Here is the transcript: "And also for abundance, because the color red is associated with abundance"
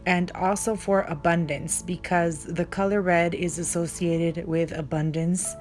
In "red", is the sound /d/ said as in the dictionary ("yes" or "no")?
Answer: yes